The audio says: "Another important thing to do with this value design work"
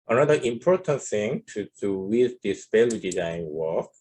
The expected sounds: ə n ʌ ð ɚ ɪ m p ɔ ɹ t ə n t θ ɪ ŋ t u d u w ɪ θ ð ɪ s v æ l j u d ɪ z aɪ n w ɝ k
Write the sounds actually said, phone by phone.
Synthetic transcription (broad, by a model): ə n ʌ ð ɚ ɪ m p ɔ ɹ t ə n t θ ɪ ŋ t u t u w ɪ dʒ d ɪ s p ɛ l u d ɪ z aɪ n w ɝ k